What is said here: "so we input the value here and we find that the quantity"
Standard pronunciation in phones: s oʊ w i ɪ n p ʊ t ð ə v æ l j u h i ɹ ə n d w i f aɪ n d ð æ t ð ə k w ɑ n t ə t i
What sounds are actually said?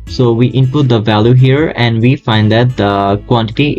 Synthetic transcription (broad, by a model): s oʊ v i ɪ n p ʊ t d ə v æ l j u h i ɹ ə n d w i f aɪ n d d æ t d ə k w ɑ n t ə t i